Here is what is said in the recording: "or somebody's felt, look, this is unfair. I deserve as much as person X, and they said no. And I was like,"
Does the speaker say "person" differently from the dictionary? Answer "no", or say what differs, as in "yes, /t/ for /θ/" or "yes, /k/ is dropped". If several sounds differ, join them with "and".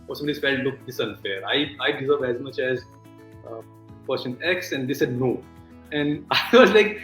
yes, /ʃ/ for /s/